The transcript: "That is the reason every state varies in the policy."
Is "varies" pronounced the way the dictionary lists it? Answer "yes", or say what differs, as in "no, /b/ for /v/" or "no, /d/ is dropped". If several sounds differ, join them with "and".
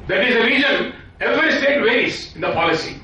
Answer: no, /ɹ/ is dropped